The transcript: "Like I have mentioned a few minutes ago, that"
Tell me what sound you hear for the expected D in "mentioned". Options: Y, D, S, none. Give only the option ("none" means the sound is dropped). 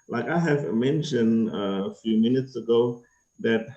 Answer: D